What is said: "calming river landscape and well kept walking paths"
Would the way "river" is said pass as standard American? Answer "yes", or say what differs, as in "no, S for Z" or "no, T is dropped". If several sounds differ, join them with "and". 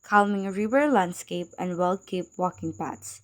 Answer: no, W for V